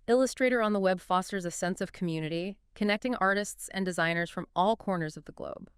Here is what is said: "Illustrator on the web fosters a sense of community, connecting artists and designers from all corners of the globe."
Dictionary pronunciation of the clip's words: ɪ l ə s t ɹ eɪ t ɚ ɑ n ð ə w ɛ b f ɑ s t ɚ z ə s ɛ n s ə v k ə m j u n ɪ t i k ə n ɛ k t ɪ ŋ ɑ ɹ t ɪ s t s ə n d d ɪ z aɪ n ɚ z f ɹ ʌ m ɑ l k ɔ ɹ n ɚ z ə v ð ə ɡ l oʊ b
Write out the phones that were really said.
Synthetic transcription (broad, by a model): ɪ l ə s t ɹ eɪ t ɚ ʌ n ð ə w ɛ b f ɑ s t ɚ z ə s ɛ n s ə v k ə m j u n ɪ t i k ə n ɛ k t ɪ ŋ ɑ ɹ t ɪ s t s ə n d d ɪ z aɪ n ɚ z f ɹ ʌ m ɑ l k ɔ ɹ n ɚ z ə v ð ə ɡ l oʊ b